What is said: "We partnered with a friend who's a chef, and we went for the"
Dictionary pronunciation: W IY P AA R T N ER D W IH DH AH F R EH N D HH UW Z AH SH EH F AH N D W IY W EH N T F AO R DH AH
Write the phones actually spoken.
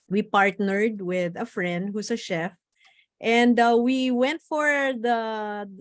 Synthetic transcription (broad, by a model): W IY P AA R T N ER D W IH DH AH F R EH N D HH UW S AH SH EH F AH N D W IY W EH N T F AO R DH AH